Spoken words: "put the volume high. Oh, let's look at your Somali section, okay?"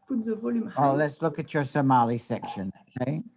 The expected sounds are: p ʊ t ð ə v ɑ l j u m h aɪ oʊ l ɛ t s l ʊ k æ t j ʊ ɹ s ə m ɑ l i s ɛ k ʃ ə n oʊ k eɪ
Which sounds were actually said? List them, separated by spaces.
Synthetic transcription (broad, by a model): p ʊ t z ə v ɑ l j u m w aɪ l l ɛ t s l ʊ k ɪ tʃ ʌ ɹ s ə m ɑ l i s ɛ k ʃ ə n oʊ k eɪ